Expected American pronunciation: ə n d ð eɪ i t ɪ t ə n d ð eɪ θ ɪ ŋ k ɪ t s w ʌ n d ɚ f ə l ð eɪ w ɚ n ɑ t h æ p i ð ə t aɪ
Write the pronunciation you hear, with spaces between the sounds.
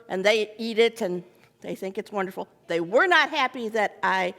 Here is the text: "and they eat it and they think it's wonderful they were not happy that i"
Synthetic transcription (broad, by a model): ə n ð eɪ i t ɪ t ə n ð eɪ θ ɪ ŋ k ɪ t s w ʌ n d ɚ f l ð eɪ w ɚ n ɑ t h æ p i ð ə t aɪ